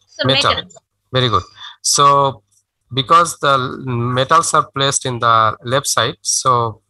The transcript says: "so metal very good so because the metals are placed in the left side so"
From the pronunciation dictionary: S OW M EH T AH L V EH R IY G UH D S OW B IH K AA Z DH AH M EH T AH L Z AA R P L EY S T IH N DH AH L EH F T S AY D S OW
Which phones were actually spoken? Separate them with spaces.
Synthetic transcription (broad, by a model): M EH T AH L V EH R IY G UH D S OW B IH K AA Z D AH M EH T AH L S AA R P L EY S T IH N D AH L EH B S AY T S OW